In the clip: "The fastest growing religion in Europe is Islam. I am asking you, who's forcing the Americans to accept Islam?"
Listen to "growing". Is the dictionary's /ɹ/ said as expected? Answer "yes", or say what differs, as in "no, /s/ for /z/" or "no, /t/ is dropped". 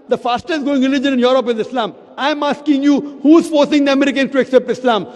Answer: no, /ɹ/ is dropped